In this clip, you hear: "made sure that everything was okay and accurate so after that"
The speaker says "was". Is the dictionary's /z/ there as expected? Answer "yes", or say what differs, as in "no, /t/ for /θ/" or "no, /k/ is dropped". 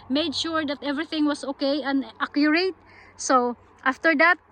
no, /s/ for /z/